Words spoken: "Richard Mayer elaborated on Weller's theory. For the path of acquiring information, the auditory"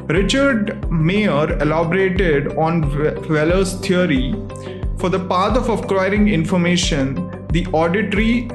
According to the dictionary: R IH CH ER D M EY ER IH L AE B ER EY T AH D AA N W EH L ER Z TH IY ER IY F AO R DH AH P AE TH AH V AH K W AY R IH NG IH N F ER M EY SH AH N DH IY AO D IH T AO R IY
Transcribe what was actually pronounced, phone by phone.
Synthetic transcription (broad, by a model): R IH CH ER D M EY ER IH L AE B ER EY T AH D AA N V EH L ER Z T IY ER IY F AO R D AH P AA T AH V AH K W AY R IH NG IH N F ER M EY SH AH N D IY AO D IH T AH R IY